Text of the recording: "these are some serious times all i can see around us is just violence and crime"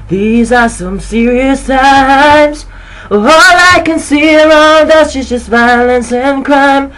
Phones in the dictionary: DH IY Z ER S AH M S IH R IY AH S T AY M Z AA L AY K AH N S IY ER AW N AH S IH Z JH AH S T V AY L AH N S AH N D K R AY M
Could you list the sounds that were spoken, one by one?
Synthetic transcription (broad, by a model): DH IY Z ER S AH M S IH R IY AH S T AY M Z AA L AY K AH N S IY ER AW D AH SH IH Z JH AH S T V AY L AH N S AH N K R AY M